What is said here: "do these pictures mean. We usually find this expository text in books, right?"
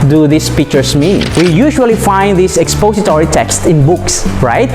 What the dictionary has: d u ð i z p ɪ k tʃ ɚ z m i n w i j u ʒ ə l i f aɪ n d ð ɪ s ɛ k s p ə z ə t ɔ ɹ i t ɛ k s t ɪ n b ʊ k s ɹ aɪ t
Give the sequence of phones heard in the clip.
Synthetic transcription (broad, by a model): d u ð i s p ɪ k tʃ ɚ s m i n w i j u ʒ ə l i f aɪ n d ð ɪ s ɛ k s p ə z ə t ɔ ɹ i t ɛ k s t ɪ n b ʊ k s ɹ aɪ t